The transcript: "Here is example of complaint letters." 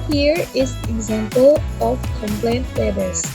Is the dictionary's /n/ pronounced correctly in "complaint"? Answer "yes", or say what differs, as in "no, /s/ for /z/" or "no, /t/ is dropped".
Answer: yes